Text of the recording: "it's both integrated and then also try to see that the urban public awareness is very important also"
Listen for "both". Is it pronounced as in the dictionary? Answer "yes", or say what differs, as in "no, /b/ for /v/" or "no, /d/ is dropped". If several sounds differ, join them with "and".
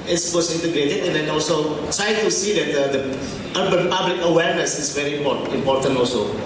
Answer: no, /s/ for /θ/